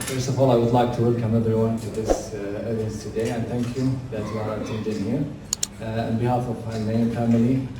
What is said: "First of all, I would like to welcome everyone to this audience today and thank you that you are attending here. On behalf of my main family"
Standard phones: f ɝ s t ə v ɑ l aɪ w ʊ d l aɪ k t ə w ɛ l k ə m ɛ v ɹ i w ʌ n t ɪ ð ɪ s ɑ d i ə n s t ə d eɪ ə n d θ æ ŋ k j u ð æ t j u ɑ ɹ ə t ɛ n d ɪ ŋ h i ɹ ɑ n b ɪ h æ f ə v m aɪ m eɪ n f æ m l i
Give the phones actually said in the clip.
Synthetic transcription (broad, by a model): f ɝ s t ə v ɑ l aɪ w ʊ d l aɪ k t ə w ɛ l k ə m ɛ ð ɹ w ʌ n t ɪ ð ɪ s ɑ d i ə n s t ə d eɪ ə n θ æ ŋ k j u ð æ t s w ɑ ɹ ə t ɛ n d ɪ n h i ɹ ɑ n b ɪ h æ f ə v m aɪ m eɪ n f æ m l i